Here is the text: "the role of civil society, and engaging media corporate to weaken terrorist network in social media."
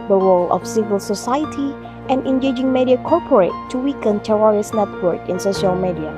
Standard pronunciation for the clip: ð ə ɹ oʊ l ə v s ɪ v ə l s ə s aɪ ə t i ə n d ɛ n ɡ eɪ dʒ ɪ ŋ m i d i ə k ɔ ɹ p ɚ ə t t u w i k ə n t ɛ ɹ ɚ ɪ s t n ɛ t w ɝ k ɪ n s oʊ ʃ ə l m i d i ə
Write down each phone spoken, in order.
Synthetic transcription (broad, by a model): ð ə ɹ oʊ l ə f s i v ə l s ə s aɪ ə t i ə n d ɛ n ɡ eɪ dʒ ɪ ŋ m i d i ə k ɔ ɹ p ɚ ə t t u w i k ə n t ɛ w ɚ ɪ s n ɛ t w ɝ k ɪ n s oʊ ʃ ə l m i d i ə